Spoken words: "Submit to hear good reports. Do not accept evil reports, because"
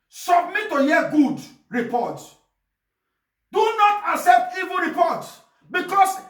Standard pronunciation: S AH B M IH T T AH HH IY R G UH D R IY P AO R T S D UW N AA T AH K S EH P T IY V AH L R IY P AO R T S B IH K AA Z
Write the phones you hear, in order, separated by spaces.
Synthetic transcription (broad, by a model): S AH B M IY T T AH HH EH G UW D R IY P AO T D UW N AA T AH K S EH P T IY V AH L R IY P AO T B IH K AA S